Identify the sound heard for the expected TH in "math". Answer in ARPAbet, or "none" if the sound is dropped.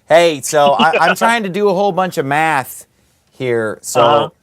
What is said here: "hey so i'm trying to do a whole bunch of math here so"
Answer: TH